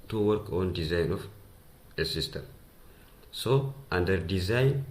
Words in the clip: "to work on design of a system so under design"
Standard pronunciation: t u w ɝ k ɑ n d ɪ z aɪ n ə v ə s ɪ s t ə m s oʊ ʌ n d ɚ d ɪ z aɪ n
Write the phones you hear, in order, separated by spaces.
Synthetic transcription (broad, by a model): t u w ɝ k ɑ n d ɪ z aɪ n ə f ə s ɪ s t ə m s oʊ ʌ n d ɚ d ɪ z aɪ n